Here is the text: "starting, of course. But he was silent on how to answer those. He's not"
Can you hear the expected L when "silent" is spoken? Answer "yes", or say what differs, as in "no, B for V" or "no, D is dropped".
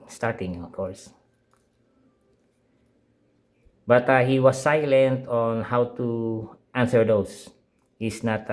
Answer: yes